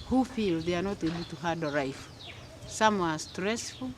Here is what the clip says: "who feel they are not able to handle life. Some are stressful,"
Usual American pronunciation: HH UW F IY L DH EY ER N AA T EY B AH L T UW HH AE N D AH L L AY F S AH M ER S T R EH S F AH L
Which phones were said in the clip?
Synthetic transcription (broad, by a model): HH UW F IY L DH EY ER N AA T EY B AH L T UW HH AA D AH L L AY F S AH M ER S T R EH S F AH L